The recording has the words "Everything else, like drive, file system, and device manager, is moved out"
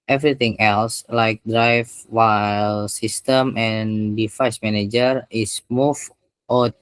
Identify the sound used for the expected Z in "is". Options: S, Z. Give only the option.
S